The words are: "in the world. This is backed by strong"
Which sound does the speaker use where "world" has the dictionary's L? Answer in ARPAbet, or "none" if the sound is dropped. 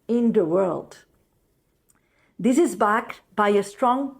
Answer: L